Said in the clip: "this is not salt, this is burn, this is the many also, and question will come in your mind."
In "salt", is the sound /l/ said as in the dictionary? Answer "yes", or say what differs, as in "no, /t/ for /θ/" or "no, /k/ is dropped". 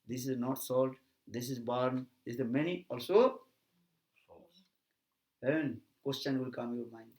yes